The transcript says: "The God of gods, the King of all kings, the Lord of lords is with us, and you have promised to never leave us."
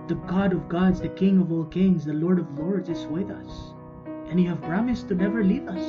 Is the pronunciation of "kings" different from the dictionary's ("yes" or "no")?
no